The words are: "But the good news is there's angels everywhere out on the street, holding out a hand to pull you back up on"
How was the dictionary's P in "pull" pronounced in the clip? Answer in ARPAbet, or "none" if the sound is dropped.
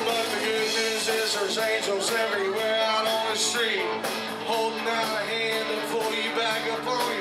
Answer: F